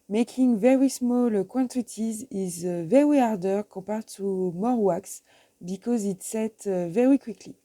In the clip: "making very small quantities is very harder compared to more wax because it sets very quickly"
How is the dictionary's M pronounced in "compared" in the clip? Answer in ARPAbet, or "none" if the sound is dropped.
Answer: none